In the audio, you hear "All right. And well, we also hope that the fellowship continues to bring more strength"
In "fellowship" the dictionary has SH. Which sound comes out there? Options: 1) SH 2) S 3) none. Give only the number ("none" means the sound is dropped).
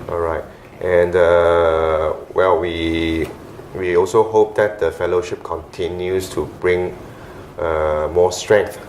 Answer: 1